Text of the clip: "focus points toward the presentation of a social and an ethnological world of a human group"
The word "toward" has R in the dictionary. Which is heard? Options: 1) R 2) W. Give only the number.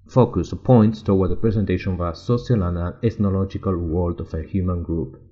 2